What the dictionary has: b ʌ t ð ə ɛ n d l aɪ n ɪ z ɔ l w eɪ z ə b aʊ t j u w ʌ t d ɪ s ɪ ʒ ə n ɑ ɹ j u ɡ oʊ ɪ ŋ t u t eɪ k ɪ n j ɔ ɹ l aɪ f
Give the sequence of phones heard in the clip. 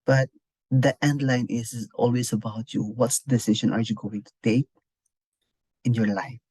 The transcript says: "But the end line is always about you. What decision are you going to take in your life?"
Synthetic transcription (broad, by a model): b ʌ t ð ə ɛ n d l aɪ n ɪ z ɔ l w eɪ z ə b aʊ t j u w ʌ t d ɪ s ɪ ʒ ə n ɑ ɹ j u ɡ oʊ ɪ ŋ t u t eɪ k ɪ n j ɔ ɹ l aɪ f